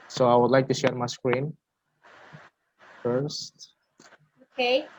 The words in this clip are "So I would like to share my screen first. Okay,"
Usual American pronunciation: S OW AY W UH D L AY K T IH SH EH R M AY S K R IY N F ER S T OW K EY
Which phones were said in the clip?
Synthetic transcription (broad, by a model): S OW AY W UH D L AY K T IH SH EH R M AY S K R IY N F ER S T OW K EY